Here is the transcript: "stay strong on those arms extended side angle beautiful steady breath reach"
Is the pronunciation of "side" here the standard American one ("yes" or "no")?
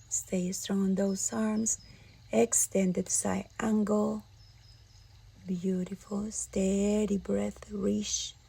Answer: no